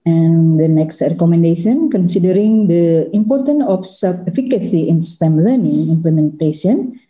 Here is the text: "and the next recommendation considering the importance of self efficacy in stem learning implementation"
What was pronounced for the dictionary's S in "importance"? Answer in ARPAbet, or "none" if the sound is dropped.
none